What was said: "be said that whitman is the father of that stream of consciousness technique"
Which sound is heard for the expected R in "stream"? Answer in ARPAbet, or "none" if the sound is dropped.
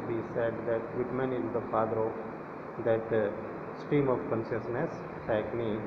none